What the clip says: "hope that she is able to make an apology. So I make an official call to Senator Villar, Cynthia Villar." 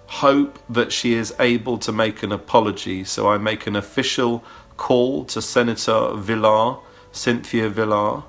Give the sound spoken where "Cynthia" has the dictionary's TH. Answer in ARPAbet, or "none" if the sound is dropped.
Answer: TH